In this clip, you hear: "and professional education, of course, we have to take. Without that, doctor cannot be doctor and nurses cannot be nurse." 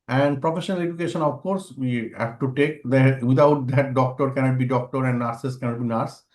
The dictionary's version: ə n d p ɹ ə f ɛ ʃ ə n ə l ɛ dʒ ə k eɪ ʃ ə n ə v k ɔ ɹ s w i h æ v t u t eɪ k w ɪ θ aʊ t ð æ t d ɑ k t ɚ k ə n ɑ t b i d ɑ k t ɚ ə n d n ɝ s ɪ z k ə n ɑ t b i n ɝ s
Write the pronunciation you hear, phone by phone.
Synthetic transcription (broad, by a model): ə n d p ɹ ə f ɛ ʃ ə n ə l ɛ dʒ ə k eɪ ʃ ə n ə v k ɔ ɹ s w i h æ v t u t eɪ k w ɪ t aʊ t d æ t d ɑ k t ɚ k ə n ɑ t b i d ɑ k t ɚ ə n d n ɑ s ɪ s k ə n ɑ t b i n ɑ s